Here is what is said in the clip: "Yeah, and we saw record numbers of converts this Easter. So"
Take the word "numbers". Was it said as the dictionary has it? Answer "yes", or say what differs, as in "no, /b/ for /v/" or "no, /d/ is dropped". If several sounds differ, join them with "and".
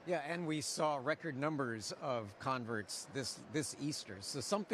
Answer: yes